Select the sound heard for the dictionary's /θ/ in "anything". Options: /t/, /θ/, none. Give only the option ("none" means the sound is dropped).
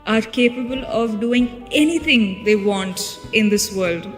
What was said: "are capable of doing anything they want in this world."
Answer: /t/